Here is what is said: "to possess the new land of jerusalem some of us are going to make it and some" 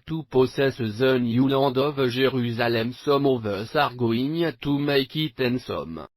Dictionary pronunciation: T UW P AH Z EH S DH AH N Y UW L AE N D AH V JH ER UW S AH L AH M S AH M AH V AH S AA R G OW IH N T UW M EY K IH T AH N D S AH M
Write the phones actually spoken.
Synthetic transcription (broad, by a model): T UW P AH S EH S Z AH N Y UW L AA D AH V ZH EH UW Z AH L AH M S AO M AH V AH S AA R G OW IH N T UW M EY K IH T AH N S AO M